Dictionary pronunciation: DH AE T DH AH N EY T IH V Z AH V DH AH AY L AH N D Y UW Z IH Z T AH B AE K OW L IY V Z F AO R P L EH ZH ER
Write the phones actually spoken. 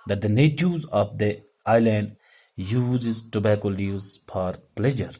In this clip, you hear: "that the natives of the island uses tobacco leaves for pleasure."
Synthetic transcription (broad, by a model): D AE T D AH N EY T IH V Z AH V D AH AY L AH N D Y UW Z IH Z T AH B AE K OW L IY Z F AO R P L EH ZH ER